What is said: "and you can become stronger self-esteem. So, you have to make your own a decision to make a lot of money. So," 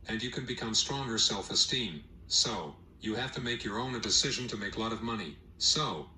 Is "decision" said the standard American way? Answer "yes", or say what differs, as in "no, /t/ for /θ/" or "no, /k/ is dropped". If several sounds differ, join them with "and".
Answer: yes